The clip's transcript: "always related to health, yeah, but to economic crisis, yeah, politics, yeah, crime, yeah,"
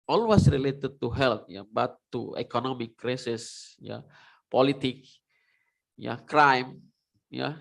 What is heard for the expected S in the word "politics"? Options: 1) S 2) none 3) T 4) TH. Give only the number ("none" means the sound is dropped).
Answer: 2